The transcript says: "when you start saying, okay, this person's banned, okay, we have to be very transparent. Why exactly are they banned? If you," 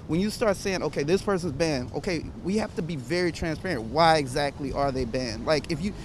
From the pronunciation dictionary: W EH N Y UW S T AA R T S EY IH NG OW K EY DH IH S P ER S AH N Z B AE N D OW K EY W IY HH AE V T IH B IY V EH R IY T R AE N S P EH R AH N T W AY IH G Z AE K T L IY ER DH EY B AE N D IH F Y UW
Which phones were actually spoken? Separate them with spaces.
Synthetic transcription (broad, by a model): W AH N Y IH S T AA R T S EY IH NG OW K EY DH IH S P ER S AH N Z B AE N OW K EY W IY HH AE F T IH B IY V EH R IY T R AE N S P EH R AH N T W AY IH G Z AE K T L IY ER DH EY B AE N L IH F Y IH